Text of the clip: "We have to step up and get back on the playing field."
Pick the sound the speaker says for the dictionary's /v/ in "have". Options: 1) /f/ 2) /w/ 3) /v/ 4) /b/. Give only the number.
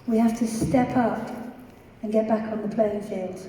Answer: 1